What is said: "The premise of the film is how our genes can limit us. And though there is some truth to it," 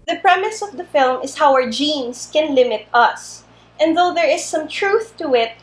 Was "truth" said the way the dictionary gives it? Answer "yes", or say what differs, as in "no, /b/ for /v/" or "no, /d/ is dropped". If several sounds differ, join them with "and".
yes